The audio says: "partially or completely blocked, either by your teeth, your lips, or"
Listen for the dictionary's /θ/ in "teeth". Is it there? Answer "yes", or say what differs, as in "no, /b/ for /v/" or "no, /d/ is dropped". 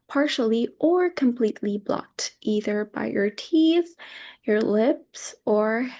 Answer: yes